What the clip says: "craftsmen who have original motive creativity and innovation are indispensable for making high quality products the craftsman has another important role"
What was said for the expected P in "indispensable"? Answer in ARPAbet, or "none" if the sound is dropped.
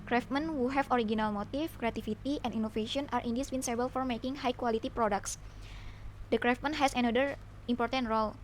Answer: B